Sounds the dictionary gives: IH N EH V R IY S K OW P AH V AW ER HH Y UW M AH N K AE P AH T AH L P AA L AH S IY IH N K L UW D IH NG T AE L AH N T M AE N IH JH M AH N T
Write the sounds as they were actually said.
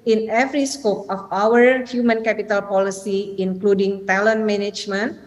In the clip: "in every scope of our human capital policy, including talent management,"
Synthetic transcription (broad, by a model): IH N EH V R IY S K OW P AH F AW ER HH Y UW M AH N K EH P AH T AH L P AA L AH S IY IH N K L UW D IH NG T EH L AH N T M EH N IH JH M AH N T